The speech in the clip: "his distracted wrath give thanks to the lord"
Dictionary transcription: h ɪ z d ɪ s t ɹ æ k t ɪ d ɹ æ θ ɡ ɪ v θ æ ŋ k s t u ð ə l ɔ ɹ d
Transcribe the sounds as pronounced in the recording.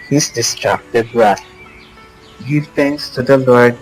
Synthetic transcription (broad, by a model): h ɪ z d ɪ s t ɹ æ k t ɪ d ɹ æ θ ɡ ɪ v t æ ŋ k s t u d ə l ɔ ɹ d